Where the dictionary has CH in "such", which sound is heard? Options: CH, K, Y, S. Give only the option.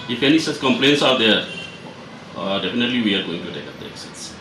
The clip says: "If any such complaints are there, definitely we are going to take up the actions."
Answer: S